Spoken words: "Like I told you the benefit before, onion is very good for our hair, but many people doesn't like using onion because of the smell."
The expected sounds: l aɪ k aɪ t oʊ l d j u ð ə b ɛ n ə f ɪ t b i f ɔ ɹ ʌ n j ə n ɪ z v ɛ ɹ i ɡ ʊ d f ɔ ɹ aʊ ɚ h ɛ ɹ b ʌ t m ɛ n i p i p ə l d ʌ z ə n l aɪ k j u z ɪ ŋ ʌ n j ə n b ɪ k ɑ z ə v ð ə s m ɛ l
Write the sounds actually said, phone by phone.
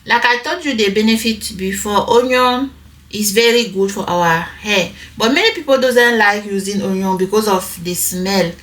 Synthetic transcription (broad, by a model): l aɪ k aɪ t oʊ d j u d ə b ɛ n ə f ɪ t b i f ɔ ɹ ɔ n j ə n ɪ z v ɛ ɹ i ɡ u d f ɔ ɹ aʊ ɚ h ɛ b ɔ t m ɛ n i p i p ə l d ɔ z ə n l aɪ k j u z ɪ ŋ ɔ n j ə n b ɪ k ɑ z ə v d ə s m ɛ l